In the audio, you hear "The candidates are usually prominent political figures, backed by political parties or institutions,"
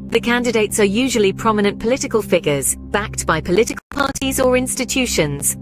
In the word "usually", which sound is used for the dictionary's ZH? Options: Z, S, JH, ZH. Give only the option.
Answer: ZH